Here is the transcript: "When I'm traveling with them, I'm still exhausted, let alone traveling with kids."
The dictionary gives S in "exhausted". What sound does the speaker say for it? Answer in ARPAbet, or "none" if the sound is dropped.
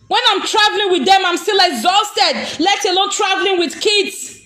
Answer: S